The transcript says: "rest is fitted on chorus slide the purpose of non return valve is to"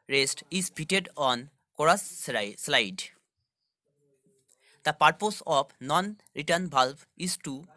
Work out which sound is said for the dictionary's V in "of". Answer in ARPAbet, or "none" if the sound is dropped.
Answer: P